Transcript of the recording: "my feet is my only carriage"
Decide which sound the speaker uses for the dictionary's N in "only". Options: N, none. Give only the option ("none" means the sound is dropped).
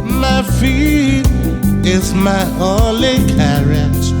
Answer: none